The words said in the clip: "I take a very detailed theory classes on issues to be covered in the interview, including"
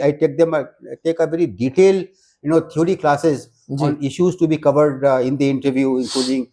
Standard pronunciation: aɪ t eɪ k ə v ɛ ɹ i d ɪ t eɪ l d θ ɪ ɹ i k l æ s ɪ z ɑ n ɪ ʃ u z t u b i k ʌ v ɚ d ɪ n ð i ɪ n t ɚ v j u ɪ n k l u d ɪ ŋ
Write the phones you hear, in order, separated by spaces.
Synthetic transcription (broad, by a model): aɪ t eɪ k ə v ɛ ɹ i d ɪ t eɪ l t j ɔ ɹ i k l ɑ s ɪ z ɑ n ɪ ʃ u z t u b i k ʌ v ɚ d ɪ n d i ɪ n t ɚ v j u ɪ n k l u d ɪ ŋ